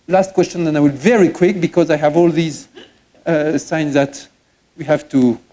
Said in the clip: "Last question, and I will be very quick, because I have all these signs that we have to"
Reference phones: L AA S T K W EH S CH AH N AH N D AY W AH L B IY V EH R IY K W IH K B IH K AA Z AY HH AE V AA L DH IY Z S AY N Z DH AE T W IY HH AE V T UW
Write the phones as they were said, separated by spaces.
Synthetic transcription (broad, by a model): L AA S T K W EH S CH AH N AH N AY W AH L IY V EH R IY K W IH K B IH K AA Z AY HH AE V AA L DH IY Z S AY N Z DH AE T W IY HH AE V T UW